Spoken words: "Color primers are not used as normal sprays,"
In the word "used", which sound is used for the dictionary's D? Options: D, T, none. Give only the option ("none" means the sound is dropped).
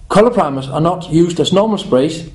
D